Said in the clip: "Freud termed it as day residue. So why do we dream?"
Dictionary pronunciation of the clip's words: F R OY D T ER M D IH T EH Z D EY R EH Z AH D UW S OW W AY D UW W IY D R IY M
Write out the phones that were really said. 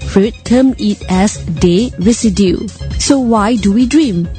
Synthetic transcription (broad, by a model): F R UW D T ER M IH T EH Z D EY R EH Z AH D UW S OW W AY D UW W IY D R IY M